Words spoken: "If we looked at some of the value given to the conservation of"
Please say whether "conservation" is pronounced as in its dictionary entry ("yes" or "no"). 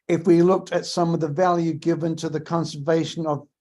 yes